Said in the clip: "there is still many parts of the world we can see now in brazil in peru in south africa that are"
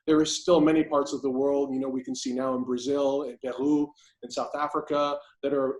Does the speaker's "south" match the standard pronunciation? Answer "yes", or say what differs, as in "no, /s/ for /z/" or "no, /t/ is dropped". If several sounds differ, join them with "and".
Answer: yes